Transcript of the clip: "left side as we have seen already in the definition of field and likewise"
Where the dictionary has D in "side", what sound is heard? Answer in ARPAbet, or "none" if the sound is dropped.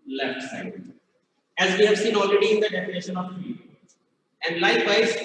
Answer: none